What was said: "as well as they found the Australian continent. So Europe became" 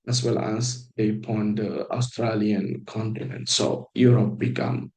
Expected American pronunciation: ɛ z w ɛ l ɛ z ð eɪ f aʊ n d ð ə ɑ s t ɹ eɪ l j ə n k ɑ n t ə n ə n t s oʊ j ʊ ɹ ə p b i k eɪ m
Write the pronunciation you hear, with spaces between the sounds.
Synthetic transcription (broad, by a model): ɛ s w ɛ l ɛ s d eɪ p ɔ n d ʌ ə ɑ s t ɹ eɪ l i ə n k ɑ n t ə n ə n t s oʊ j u ɹ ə p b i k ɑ m